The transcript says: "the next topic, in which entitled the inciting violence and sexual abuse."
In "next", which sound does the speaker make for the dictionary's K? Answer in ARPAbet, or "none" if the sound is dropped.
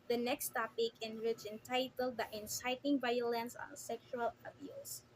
K